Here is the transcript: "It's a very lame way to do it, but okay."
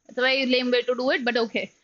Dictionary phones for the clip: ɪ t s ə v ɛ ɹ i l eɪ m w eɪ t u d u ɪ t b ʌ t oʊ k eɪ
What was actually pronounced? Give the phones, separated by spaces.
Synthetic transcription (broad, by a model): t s ə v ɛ i l eɪ m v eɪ t u d u ɪ t b ʌ t oʊ k eɪ